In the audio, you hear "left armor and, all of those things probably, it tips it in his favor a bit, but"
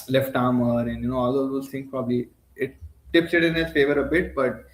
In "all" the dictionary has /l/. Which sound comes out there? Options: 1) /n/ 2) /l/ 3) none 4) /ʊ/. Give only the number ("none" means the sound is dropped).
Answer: 1